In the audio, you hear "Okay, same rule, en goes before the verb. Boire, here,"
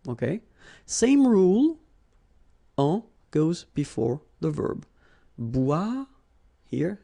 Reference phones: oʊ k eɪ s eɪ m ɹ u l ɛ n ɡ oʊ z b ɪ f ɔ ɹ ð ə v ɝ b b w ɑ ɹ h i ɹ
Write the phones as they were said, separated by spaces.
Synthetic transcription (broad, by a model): oʊ k eɪ s eɪ m ɹ u l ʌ ɡ oʊ z b ɪ f ɔ ɹ ð ə v ɝ b b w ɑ h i ɹ